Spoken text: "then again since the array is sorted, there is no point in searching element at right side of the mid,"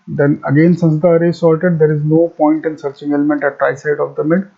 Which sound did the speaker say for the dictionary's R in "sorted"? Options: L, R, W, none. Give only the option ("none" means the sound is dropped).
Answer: L